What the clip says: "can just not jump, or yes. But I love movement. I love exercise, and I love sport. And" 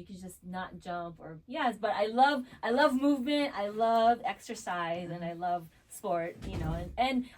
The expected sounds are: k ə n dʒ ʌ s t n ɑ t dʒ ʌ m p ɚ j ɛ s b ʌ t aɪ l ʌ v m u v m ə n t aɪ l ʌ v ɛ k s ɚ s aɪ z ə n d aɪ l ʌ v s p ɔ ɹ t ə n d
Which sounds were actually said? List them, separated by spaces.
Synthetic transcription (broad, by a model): k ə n dʒ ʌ s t n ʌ t dʒ ʌ m p ɚ j ɛ s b ʌ t aɪ l ʌ v m u v m ə n t aɪ l ʌ v ɛ k s ɚ s aɪ z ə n aɪ l ʌ v s p ɔ ɹ t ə n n